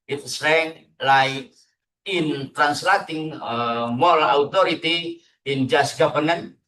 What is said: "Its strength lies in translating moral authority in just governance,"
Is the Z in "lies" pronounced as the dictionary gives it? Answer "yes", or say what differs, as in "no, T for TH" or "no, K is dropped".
no, Z is dropped